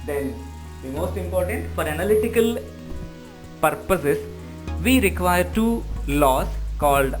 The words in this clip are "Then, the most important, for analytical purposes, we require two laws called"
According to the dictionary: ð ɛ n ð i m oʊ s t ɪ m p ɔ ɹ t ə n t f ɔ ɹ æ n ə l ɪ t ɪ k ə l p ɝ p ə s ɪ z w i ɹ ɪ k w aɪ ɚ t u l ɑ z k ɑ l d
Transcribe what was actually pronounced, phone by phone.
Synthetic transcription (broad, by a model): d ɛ n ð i m oʊ s t ɪ m p ɔ ɹ t ə n t f ɔ ɹ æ n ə l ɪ t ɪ k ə l p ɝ p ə s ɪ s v i ɹ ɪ k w aɪ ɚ t u l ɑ s k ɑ l d